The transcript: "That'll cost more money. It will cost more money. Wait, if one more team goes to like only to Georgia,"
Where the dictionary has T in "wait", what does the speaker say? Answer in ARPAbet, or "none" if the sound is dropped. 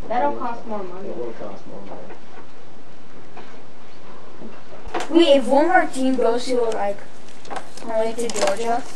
none